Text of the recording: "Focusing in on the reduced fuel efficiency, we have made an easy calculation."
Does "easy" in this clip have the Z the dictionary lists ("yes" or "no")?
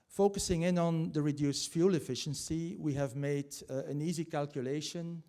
yes